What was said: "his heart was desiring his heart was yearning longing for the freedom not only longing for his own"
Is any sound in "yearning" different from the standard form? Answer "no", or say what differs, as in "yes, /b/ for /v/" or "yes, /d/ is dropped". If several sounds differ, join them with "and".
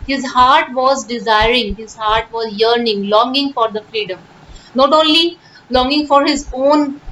no